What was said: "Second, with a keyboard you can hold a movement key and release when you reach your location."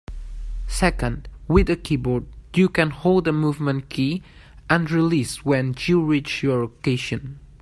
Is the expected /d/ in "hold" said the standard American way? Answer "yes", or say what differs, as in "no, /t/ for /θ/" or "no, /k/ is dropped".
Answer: yes